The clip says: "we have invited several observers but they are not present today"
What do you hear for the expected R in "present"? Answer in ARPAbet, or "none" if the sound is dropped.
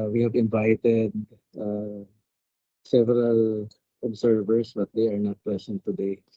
L